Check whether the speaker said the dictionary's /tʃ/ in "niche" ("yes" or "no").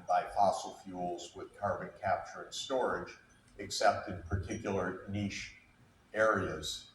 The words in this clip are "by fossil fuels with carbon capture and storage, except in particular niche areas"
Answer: no